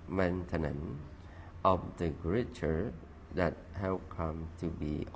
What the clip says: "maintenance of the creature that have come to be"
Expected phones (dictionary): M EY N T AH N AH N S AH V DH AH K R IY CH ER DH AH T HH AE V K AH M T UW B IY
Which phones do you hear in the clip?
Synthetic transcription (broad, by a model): M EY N T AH N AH N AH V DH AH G R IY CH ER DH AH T HH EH P K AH M T UW B IY